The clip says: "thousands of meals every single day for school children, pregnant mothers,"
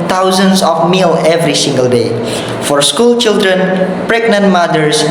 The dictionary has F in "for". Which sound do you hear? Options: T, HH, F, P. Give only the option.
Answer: F